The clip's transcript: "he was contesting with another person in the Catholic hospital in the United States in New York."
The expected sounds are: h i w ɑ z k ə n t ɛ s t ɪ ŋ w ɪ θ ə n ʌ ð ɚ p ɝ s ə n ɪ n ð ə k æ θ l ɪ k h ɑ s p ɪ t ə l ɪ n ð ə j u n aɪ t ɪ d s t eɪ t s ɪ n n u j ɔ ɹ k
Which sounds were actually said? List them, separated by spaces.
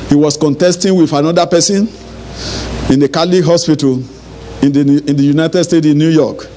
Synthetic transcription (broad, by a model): h i w ɑ s k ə n t ɛ s t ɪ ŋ w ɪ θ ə n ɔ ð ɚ p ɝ s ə n ɪ n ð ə k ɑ l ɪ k h ɑ s p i t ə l ɪ n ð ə j u n aɪ t ɪ d s t eɪ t ɪ n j u j ɔ k